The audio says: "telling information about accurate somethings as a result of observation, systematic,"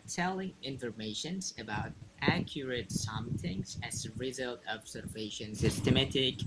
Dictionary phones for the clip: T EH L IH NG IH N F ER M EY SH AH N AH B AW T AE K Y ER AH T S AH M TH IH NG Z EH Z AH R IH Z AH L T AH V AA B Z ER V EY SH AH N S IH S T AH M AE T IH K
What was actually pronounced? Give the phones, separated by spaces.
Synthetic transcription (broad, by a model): T EH L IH NG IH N F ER M EY SH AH N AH B AW T AE K Y ER AH T S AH M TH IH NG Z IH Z AH R IH Z AH L T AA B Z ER V EY SH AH N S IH S T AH M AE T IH K